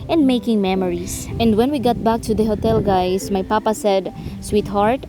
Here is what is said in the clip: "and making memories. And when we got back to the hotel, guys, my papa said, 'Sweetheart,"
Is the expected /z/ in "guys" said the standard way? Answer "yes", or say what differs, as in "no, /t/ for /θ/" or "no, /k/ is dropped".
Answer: no, /s/ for /z/